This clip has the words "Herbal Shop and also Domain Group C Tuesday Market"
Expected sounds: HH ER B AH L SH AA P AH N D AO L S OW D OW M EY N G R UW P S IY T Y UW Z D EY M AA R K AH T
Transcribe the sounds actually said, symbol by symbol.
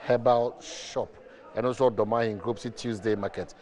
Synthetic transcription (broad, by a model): HH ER B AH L SH AA P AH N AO S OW D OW M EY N G R UW P S IY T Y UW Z D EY M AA K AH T